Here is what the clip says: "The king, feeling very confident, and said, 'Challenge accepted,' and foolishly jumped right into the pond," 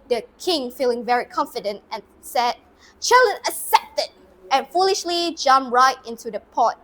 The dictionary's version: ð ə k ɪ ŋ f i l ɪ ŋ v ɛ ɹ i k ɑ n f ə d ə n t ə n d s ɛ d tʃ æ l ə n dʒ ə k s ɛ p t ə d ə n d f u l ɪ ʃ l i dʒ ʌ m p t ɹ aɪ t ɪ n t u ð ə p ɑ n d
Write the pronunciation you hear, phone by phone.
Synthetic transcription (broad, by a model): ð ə k ɪ ŋ f i l ɪ ŋ v ɛ ɹ i k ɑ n f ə d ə n t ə n s ɛ d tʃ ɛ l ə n ə s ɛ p t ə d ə n f u l ɪ ʃ l i dʒ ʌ m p ɹ aɪ t ɪ n t u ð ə p ɑ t